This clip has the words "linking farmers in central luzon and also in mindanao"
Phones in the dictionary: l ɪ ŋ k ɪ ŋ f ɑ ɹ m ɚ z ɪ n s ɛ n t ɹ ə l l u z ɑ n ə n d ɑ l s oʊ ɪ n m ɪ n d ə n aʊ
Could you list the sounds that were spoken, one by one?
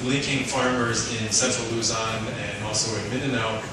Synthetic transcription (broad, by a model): l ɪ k ɪ ŋ f ɑ ɹ m ɚ z ɪ n s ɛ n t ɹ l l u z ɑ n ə n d ɑ l s oʊ ɪ n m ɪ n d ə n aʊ